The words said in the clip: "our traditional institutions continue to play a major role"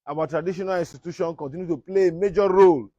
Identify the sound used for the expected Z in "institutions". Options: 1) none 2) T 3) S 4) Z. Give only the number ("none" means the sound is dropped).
1